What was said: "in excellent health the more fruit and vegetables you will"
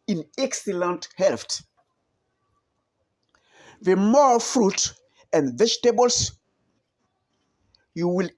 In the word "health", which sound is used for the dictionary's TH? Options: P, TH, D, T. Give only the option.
T